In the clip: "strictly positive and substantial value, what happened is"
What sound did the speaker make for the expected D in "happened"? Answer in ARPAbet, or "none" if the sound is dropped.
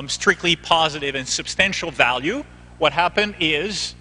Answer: D